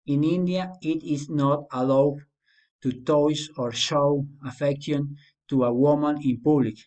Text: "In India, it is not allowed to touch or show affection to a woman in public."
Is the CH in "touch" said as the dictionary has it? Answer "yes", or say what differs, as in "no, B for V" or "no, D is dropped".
no, S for CH